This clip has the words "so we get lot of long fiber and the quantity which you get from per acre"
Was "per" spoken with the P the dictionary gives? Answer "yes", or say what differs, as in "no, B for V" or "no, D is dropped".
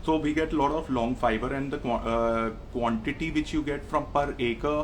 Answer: yes